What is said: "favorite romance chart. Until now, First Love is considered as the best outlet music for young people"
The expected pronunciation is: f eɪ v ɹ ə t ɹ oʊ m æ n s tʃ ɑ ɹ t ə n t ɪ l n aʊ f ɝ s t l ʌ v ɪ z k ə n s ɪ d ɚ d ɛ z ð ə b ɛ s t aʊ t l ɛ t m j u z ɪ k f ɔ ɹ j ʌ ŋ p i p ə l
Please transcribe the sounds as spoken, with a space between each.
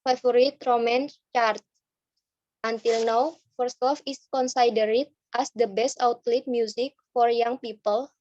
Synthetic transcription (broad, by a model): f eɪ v ɹ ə t ɹ oʊ m æ n s tʃ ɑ ɹ t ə n t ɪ l n aʊ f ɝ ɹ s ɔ f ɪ s k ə n s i d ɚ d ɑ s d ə b ɛ s t aʊ t l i t m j u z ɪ k f ɔ ɹ j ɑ ŋ p i p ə l